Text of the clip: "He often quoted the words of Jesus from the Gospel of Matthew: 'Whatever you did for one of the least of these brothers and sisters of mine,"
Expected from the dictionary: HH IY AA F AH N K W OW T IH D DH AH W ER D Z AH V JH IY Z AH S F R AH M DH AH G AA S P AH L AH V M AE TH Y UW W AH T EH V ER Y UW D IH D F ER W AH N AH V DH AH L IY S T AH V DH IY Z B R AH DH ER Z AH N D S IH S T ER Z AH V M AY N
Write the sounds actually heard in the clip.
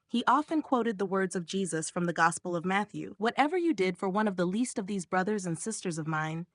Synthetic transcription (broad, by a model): HH IY AA F AH N K W OW T IH D DH AH W ER D Z AH V JH IY Z AH S F R AH M DH AH G AA S P L AH V M AE TH Y UW W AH T EH V ER Y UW D IH D F ER W AH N AH V DH AH L IY S T AH V DH IY Z B R AH DH ER Z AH N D S IH S T ER Z AH V M AY N